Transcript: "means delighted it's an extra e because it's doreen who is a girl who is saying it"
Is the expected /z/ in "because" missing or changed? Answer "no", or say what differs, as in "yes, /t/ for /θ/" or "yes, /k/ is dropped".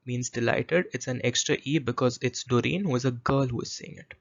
no